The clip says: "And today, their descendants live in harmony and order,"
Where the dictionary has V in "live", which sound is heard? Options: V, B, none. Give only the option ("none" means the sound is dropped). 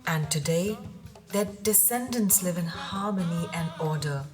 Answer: V